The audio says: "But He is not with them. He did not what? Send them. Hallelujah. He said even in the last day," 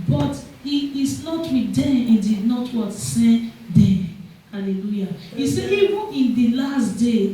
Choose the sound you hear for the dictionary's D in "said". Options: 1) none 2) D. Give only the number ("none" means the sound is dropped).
1